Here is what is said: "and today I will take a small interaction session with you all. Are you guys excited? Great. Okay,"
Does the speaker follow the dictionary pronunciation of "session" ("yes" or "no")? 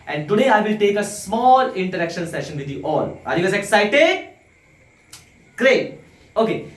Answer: yes